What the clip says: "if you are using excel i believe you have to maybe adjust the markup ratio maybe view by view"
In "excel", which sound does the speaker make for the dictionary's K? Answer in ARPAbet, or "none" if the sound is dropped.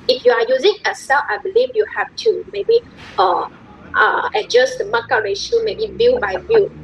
none